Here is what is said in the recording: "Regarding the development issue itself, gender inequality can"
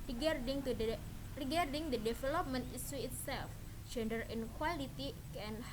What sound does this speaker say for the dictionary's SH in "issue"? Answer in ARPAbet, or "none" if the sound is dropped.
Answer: S